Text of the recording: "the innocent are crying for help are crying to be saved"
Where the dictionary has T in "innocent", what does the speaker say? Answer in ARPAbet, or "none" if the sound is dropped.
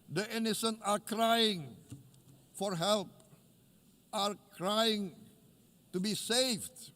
none